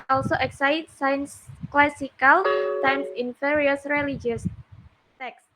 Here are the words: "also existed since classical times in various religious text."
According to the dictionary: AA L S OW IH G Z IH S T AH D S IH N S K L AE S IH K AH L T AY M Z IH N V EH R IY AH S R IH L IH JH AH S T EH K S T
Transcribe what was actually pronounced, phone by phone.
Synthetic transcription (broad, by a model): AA L S OW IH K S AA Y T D S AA N S K L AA S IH K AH L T AY M S IH N F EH R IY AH S R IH L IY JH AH S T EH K S